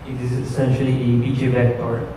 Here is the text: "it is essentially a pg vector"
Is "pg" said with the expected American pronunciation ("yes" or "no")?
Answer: no